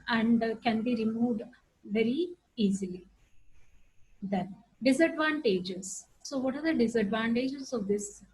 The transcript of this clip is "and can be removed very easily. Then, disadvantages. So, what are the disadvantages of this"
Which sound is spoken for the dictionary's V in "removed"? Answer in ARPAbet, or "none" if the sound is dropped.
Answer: V